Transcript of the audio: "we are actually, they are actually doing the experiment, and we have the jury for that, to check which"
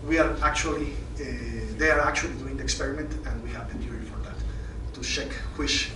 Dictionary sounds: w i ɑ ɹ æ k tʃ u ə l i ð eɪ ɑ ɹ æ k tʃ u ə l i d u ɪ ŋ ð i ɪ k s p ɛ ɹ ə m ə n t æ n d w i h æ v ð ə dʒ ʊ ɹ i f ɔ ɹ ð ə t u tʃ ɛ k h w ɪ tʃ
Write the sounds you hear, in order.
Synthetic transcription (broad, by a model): w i ɑ ɹ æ k tʃ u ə l i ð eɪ ɑ ɹ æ k tʃ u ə l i d u ɪ ŋ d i ɪ k s p ɛ ɹ ə m ə n t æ n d w i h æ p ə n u l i f ɔ ɹ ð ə t u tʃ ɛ k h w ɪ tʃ